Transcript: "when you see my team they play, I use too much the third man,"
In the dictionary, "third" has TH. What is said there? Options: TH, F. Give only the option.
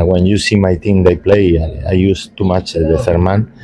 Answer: F